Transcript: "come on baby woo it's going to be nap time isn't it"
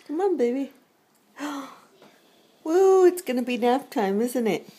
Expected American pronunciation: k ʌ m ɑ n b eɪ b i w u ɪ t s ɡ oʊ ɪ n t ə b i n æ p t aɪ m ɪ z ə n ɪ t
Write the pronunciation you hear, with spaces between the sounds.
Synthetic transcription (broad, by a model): k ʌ m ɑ n b eɪ b i w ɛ ɪ t s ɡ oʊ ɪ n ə b i n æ f t aɪ m ɪ z ə n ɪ t